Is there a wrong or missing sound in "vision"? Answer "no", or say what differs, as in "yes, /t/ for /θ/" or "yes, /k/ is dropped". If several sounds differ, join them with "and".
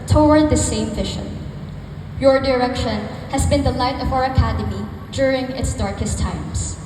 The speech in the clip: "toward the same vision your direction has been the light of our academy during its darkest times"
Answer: yes, /ʃ/ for /ʒ/